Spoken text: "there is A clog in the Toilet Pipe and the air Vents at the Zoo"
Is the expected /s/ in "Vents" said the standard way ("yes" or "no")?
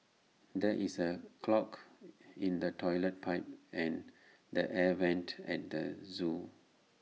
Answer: no